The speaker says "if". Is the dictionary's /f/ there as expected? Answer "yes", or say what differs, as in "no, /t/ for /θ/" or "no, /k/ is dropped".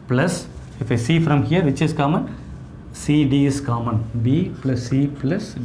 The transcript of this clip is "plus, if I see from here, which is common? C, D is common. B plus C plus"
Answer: yes